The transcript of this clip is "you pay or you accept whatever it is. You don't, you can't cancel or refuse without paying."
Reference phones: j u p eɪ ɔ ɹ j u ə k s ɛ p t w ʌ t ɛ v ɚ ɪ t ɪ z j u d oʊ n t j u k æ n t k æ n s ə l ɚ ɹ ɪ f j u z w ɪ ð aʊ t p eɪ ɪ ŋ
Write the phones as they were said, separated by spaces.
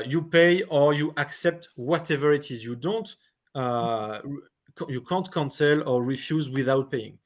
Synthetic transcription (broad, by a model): j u p eɪ ɔ ɹ j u ə k s ɛ p t w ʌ t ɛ v ɚ ɪ t ɪ z j u d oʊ n t j u k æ n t k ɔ n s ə l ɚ ɹ ɪ f j u z w ɪ ð aʊ t p eɪ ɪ ŋ